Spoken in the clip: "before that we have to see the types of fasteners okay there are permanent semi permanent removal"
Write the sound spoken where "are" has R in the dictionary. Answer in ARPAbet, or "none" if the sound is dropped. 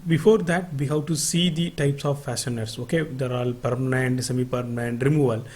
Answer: L